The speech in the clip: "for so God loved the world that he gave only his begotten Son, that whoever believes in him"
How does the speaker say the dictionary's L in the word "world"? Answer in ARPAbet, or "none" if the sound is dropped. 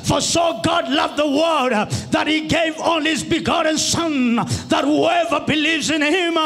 none